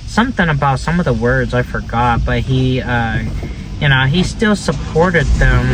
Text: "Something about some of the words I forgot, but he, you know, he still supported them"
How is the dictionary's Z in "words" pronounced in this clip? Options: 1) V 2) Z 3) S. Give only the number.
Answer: 2